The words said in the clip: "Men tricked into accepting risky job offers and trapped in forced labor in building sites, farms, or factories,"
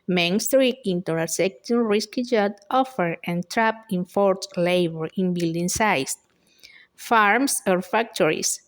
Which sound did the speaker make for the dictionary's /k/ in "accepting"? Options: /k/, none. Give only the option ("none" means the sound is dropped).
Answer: none